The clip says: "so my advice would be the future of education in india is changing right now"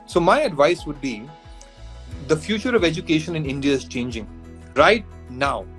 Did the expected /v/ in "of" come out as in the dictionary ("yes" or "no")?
yes